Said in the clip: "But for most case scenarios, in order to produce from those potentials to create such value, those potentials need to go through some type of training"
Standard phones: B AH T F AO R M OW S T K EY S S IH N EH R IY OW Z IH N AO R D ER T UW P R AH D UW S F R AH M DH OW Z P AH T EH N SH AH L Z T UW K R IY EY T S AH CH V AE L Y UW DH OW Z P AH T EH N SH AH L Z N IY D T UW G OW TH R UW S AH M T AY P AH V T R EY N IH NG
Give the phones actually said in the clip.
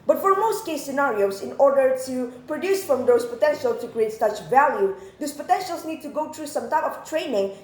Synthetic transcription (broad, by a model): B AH T F AO R M OW S T K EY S S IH N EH R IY OW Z IH N AO R D ER T UW P R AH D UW S F R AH M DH OW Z P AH T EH N SH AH L T UW K R IY EY T S AH CH V AE L Y UW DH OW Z P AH T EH N SH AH L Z N IY D T UW G OW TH R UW S AH M T AY P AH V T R EY N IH NG